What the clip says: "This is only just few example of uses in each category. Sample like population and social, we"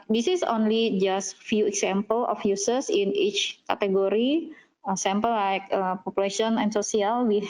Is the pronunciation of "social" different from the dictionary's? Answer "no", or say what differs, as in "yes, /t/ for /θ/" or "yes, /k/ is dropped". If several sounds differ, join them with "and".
yes, /s/ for /ʃ/